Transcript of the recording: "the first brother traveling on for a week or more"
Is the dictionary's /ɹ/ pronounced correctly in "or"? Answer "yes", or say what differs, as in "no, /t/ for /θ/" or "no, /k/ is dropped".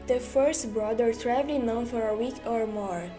yes